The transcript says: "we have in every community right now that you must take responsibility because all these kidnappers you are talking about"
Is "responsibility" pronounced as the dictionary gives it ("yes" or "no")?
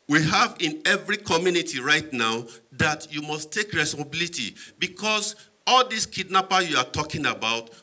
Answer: no